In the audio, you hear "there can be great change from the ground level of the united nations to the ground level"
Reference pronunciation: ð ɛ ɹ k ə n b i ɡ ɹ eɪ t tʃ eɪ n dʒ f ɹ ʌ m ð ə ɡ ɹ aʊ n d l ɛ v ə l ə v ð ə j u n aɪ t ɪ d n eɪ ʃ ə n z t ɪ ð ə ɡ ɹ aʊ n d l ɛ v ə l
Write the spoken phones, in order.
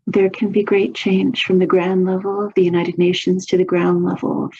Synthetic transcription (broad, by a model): ð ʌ ɹ k ə n b i ɡ ɹ eɪ t tʃ eɪ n ʒ f ɹ ʌ m ð ə ɡ ɹ aʊ n d l ɛ v l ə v ð ə j u n aɪ t ɪ d n eɪ ʃ ə n z t ɪ ð ə ɡ ɹ aʊ n d l ɛ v l